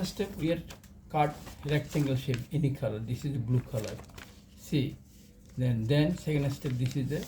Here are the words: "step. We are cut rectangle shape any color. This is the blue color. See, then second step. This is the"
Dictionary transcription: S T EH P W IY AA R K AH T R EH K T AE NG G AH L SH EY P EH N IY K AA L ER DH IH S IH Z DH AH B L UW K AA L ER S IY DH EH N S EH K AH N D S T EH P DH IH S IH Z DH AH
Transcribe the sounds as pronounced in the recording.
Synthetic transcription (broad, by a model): S T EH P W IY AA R K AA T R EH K S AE NG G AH L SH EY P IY N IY K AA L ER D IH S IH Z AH B L UW K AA L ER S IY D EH N S EH K AH N D S T EH P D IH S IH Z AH